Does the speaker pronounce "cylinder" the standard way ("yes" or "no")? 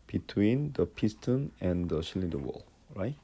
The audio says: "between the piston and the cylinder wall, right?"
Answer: no